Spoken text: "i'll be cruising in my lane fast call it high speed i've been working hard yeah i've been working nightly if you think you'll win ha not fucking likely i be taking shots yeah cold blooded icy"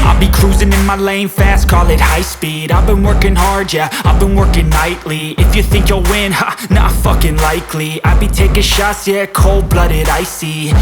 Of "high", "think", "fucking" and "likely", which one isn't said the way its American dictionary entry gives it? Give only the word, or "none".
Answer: none